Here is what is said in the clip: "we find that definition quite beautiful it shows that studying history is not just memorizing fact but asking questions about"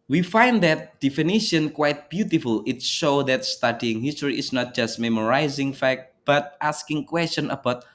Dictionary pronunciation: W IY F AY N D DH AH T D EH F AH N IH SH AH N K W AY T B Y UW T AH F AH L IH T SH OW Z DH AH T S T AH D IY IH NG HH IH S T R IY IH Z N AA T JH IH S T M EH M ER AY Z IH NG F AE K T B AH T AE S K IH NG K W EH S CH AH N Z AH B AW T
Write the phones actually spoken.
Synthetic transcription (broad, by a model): W IY F AY N D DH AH T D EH F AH N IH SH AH N K W AY T B Y UW T AH F AH L IH T SH OW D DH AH T S T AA D IY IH NG HH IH S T R IY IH S N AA T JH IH S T M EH M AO AY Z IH NG F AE K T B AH T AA S K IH NG K W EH S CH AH N AH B AW T